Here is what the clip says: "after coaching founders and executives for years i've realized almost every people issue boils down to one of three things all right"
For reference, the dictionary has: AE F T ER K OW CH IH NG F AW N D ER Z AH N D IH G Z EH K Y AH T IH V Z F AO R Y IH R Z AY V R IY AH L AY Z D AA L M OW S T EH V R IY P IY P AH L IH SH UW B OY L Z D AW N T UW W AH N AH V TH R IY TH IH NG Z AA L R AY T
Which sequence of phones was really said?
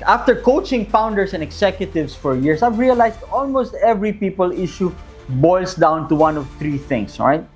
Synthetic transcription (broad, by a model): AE F T ER K OW CH IH NG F AW N D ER S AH N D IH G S EH K Y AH T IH V S F AO R Y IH R S AY V R IY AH L AY S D AA L M OW S T EH V R IY P IY P AH L IH SH UW B OY L S D AW N T UW W AH N AH V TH R IY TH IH NG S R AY T